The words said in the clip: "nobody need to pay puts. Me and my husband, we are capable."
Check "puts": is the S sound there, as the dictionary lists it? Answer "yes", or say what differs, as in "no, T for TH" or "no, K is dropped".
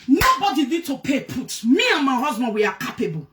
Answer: no, S is dropped